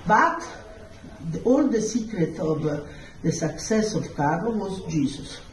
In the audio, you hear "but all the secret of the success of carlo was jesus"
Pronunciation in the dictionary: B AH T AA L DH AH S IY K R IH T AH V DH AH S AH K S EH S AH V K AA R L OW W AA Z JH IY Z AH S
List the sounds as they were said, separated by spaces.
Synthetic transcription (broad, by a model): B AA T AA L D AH S IY K R IH T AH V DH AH S AH K S EH S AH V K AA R OW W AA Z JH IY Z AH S